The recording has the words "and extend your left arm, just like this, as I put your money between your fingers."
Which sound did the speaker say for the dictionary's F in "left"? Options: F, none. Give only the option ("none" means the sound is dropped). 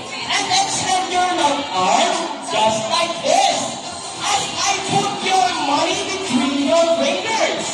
none